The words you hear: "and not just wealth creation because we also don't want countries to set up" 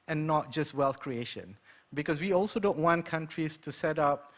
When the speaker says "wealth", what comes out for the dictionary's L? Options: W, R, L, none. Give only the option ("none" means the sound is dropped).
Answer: L